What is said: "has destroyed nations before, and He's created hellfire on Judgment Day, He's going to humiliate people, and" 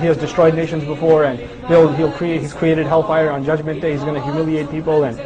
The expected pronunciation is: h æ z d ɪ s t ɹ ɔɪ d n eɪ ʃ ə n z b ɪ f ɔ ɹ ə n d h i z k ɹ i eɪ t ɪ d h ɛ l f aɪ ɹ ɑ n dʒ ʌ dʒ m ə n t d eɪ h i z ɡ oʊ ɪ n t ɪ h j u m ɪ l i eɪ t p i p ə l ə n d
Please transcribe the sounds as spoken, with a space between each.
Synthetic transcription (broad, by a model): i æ z d ɪ s t ɹ ɔɪ d n eɪ ʃ ə n z b ɪ f ɔ ɹ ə n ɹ h i z k ɹ i eɪ t ɪ d h ɛ l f aɪ ɹ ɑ n dʒ ʌ dʒ m ə n t d eɪ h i z ɡ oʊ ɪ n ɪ h j u m ɪ l i eɪ t p i p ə l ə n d